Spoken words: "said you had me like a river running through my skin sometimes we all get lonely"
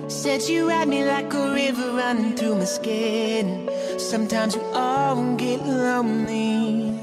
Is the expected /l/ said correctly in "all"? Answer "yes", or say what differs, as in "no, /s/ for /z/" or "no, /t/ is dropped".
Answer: no, /n/ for /l/